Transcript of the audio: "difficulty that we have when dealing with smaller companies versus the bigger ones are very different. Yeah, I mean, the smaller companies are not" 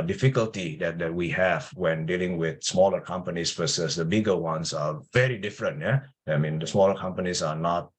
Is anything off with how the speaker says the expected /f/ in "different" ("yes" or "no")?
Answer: no